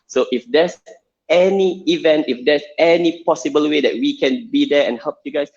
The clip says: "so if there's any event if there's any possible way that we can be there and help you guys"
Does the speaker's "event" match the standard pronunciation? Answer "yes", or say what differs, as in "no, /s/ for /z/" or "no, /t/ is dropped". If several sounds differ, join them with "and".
yes